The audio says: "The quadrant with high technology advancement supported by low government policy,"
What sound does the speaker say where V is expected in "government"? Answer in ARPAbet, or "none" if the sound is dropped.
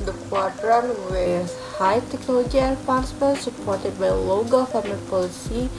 F